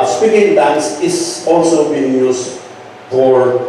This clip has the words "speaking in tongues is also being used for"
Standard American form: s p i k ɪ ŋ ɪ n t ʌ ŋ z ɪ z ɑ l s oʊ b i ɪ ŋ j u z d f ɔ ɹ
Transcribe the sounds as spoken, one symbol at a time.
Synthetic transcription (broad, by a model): s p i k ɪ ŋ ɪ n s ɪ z ɑ l s oʊ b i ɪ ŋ j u s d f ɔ ɹ